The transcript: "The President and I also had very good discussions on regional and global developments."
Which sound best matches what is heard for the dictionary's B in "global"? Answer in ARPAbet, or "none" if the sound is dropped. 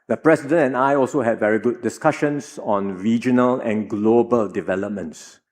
B